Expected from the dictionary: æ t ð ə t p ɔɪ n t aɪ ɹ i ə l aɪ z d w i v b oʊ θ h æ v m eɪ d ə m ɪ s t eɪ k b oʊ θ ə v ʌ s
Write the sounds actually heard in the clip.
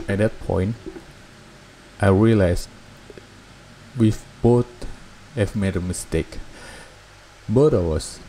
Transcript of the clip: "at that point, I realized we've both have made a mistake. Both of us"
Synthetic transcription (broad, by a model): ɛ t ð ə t p ɔɪ n t aɪ ɹ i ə l aɪ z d w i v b oʊ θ h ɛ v m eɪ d ə m ɪ s t eɪ k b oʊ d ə w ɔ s